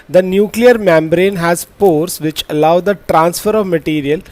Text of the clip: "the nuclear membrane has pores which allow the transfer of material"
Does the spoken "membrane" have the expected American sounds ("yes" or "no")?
yes